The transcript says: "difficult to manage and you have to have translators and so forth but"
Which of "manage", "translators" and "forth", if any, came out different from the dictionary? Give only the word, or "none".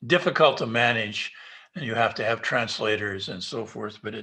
none